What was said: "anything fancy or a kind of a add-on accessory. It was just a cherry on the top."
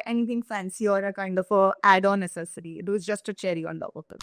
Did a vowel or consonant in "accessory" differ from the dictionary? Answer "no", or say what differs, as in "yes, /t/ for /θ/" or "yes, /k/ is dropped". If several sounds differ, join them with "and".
yes, /k/ is dropped